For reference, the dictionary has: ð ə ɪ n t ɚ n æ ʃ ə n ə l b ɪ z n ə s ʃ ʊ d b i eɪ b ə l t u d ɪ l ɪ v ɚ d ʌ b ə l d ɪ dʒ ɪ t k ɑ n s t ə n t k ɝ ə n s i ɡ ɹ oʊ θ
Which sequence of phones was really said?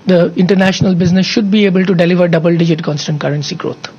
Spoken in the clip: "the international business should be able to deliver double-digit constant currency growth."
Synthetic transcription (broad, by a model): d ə ɪ n t ɚ n æ ʃ ə n ə l b ɪ z n ə s ʃ ʊ d b i eɪ b ə l t u d ɪ l ɪ v ɚ d ʌ b ə l d ɪ dʒ ɪ t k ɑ n s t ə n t k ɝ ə n s i ɡ ɹ oʊ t